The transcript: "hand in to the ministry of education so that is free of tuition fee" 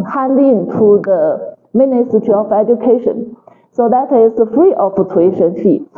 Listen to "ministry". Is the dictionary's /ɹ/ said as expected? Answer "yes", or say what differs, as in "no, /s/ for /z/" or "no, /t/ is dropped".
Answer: no, /ɹ/ is dropped